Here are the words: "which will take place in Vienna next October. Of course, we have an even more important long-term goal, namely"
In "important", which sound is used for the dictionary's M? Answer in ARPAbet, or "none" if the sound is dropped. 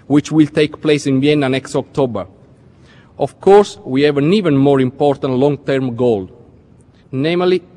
M